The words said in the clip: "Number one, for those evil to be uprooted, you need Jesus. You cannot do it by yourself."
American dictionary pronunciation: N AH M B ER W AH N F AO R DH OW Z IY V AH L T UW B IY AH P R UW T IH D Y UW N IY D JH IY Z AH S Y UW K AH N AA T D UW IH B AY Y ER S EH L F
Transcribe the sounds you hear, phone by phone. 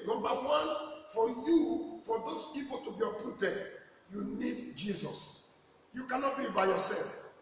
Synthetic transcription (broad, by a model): N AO M B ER W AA N F AO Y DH OW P IY P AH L T UW B IY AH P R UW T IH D Y UW N IY D JH IY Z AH S Y UW K AH N AA T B IH B AY Y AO S EH L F